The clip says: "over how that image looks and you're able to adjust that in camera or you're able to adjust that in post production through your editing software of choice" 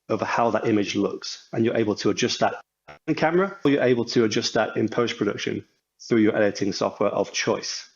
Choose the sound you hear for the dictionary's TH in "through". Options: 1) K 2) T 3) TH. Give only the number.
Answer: 3